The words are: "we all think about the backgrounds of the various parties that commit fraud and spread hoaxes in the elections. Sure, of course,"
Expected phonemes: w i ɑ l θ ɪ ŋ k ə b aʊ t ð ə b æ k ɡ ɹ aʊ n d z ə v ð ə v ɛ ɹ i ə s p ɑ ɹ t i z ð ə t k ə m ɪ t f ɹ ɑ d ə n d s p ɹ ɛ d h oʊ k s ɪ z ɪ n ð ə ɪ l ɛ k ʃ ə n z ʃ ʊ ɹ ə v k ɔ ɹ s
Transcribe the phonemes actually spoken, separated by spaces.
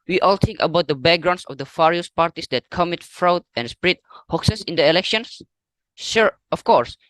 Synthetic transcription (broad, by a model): w i ɑ l t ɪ ŋ k ə b aʊ t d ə b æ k ɡ ɹ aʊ n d s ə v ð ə f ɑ ɹ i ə s p ɑ ɹ t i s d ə t k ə m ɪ t f ɹ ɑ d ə n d s p ɹ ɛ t h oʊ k s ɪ s ɪ n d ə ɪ l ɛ k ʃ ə n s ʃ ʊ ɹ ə f k ɔ ɹ s